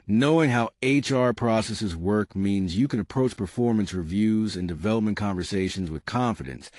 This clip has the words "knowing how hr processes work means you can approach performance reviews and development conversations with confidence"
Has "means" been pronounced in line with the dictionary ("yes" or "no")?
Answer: yes